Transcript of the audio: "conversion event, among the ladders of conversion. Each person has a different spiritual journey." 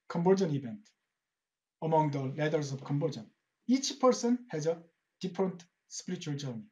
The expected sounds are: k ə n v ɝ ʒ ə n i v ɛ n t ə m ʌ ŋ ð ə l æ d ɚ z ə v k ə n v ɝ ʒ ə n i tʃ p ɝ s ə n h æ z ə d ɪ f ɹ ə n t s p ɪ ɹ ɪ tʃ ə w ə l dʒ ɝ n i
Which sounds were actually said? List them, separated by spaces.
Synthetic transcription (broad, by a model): k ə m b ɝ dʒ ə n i b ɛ n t ə m ʌ ŋ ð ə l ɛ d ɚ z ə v k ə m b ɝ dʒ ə n i tʃ p ɝ s ə n h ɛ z ə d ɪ p ɹ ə n t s p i ɹ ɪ tʃ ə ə l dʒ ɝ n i